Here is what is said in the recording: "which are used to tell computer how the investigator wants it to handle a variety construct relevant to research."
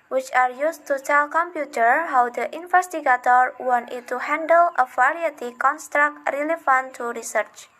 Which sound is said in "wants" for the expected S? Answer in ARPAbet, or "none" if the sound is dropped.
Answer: none